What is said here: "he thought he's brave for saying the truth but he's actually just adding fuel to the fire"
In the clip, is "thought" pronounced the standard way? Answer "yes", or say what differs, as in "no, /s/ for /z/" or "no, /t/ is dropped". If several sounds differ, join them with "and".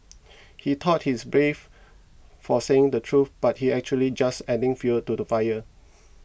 no, /t/ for /θ/